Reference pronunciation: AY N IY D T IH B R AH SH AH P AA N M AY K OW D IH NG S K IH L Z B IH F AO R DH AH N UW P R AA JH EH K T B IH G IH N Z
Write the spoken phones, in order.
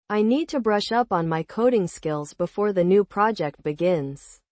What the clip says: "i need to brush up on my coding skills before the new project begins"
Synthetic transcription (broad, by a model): AY N IY D T IH B R AH SH AH P N M AY K OW D IH NG S K IH L Z B IH F AO R DH AH N UW P R AA JH EH K T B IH G IH N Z